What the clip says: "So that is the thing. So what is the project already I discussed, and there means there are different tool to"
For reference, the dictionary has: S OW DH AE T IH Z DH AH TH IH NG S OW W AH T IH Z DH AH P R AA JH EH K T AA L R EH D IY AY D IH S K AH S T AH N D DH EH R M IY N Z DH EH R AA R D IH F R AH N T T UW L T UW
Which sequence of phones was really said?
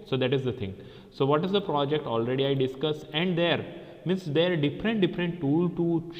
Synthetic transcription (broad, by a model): S OW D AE T IH Z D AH T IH NG S OW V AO T IH Z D AH P R AA JH EH K T AA L R EH D IY AY D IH S K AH S AH N D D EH R M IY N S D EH R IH R D IH F R AH N T T UW L T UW